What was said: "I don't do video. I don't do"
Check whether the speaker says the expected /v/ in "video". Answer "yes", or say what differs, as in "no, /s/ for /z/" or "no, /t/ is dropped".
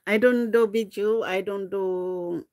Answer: no, /b/ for /v/